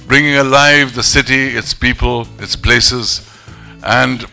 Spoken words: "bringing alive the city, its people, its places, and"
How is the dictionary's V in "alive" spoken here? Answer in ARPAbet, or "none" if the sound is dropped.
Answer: V